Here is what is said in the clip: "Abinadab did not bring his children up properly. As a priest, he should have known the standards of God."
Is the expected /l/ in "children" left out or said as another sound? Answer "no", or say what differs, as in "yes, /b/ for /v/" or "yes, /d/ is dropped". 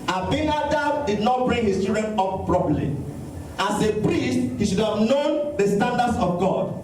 yes, /l/ is dropped